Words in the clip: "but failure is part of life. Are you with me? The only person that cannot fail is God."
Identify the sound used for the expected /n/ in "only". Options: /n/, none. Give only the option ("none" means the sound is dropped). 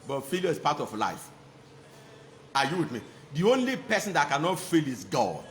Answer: /n/